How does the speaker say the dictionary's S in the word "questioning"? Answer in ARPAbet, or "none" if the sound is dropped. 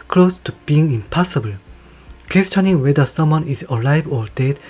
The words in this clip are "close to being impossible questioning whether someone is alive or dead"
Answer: S